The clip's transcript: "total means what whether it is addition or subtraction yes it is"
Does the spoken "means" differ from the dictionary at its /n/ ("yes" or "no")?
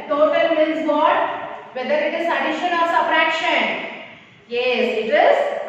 yes